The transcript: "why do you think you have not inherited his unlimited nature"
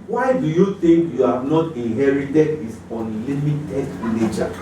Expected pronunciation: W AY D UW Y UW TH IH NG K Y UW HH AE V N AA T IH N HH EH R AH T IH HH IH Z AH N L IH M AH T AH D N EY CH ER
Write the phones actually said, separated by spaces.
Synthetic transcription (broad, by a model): W AY D UW Y UW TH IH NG K Y UW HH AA V N AA T IH N HH EH R AH T IH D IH S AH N L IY M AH T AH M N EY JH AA